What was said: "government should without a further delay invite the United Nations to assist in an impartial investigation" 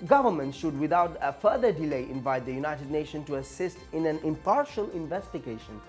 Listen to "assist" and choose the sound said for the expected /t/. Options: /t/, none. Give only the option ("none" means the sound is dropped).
/t/